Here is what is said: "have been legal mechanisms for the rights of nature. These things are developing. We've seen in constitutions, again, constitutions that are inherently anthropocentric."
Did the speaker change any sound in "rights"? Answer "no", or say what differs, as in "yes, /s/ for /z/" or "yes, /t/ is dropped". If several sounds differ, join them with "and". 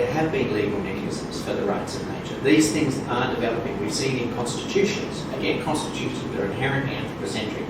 no